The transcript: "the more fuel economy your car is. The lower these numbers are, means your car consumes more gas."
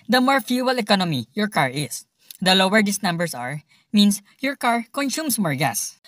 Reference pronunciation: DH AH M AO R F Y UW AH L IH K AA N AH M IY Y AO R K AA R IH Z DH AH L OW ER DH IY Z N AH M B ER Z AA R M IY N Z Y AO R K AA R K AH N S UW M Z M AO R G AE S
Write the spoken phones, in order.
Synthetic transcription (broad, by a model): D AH M AO R F Y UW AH L IH K AA N AH M IY Y AO R K AA R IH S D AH L OW ER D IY S N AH M B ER S AA R M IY N S Y AO R K AA R K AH N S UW M S M AO R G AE S